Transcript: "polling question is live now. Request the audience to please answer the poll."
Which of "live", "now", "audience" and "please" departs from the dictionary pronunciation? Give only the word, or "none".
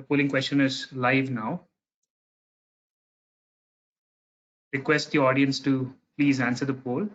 none